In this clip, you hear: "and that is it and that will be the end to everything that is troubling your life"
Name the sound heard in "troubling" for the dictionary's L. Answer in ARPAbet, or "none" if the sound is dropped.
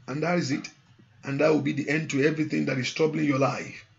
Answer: L